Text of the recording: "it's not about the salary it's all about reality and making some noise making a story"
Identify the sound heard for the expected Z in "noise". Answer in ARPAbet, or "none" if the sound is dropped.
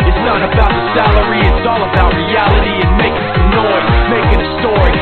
none